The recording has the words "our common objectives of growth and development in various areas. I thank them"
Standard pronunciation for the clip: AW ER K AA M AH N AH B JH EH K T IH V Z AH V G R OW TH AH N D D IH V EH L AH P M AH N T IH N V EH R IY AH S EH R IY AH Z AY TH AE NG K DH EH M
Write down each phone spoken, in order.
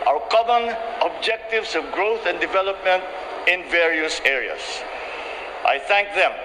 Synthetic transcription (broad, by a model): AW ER K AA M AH N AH B JH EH K T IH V S AH V G R OW TH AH N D D IH V EH L AH P M AH N T IH N V EH R IY AH S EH R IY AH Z AY TH AE NG K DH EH M